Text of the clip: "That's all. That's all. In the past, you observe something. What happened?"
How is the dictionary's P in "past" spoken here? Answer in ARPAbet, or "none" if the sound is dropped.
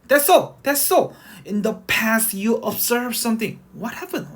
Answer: P